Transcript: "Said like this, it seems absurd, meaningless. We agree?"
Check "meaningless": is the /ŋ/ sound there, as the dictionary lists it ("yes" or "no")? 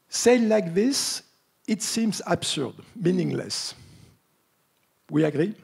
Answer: yes